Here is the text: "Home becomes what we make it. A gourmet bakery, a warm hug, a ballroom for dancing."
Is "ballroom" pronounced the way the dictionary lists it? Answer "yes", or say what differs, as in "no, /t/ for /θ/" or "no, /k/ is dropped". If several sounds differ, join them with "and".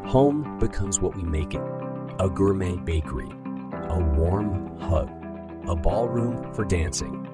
yes